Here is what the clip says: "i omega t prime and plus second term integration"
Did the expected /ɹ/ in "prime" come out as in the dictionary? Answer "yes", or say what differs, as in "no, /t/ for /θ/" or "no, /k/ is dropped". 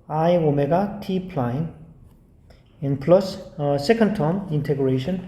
no, /l/ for /ɹ/